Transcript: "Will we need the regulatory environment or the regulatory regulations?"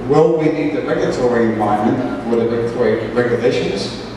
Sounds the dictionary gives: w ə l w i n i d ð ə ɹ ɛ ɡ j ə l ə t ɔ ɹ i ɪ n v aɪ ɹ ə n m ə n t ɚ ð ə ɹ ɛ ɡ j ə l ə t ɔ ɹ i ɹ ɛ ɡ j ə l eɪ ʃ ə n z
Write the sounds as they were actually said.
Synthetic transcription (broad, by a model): w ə l w i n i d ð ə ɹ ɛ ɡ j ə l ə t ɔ ɹ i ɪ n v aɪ ə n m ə n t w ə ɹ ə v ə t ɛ i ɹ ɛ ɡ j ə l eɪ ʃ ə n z